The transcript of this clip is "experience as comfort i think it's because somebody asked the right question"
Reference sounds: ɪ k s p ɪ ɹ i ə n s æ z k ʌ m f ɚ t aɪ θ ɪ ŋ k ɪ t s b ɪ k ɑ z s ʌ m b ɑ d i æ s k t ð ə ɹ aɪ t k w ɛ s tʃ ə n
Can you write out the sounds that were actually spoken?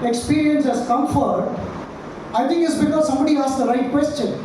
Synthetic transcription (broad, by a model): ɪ k s p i ɹ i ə n s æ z k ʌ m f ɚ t aɪ t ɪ ŋ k ɪ t s b ɪ k ɑ z s ʌ m b ɑ d i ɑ s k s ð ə ɹ aɪ t k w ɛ s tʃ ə n